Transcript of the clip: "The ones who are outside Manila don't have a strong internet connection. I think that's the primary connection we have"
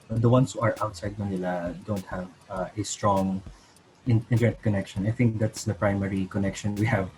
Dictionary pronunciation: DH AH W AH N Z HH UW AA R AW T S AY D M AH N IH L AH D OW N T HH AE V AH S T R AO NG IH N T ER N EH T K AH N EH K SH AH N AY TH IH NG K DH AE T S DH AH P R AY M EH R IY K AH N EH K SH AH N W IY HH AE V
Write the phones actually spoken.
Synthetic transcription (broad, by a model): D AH W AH N S HH UW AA R AW T S AY D M AH N IH L AH D OW N T HH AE V AH S T R AO NG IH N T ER EH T K AH N EH K SH AH N AY TH IH NG K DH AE T S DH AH P R AY M EH R IY K AH N EH K SH AH N W IY HH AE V